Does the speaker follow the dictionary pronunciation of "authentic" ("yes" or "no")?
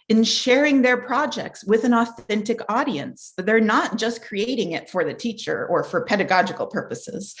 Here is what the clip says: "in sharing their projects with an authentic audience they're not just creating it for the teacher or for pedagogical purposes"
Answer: yes